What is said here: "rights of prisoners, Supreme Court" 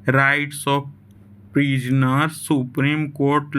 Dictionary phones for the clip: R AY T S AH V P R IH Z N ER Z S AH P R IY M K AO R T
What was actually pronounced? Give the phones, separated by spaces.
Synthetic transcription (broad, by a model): R AY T S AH P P R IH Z N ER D S AH P R IY M K AO R T